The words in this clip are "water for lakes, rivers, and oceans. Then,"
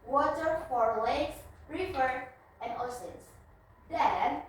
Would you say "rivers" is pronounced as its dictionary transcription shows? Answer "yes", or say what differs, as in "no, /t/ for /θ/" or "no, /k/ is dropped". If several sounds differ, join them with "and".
no, /z/ is dropped